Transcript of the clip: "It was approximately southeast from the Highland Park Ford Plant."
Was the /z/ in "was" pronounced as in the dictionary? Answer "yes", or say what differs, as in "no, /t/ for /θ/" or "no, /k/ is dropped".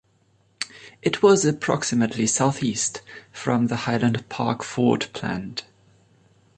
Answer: yes